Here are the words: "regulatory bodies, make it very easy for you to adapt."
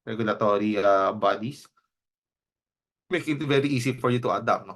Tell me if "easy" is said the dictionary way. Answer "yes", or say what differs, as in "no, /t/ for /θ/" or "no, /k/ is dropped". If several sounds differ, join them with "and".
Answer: no, /s/ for /z/